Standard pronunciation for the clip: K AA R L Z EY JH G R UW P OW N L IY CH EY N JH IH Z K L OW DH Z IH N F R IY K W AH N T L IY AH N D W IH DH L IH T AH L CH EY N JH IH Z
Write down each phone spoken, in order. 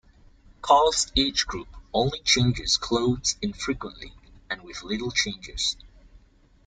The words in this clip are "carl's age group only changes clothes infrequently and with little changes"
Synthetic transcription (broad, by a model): K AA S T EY CH G R UW P OW N L IY CH EY N JH IH Z K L OW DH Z IH N F R IY K W AH N T L IY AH N W IH DH L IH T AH L CH EY N JH IH Z